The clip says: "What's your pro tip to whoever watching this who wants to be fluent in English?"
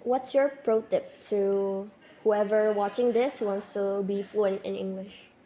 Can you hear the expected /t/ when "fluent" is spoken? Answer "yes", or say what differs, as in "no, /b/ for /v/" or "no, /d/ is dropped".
yes